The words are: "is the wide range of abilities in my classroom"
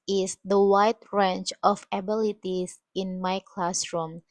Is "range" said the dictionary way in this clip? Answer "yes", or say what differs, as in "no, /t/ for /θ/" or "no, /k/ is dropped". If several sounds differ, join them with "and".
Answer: no, /tʃ/ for /dʒ/